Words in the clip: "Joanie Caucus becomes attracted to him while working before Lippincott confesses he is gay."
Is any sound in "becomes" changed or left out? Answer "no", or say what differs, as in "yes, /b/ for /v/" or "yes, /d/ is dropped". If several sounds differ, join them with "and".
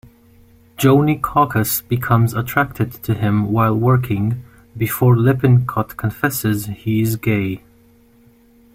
no